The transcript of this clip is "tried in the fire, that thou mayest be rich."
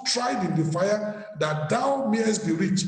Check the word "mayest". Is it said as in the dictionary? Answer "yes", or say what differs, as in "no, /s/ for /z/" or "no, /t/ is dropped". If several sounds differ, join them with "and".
yes